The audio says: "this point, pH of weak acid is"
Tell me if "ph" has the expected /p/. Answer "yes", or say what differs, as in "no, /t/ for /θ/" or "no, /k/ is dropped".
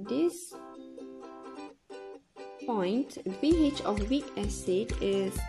no, /b/ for /p/